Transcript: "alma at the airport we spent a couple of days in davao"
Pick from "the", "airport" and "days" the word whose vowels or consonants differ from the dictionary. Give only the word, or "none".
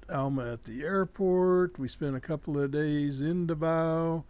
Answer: none